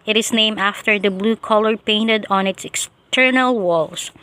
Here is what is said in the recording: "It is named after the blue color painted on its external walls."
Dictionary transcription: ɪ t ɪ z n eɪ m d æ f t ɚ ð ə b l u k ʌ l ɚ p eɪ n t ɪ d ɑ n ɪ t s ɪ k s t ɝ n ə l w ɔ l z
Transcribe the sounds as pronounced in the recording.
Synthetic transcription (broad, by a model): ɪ t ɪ s n eɪ m æ f t ɚ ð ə b l u k ʌ l ɚ p eɪ n t ɪ d ɑ n ɪ t s ɪ k s t ɝ n ə l w ɔ l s